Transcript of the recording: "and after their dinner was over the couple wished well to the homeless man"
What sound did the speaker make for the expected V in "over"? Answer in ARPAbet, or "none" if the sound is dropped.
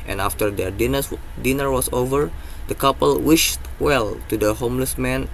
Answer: V